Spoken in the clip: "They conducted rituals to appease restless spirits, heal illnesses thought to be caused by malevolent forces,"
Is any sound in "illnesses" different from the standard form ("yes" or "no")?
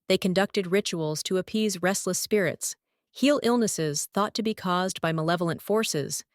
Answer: no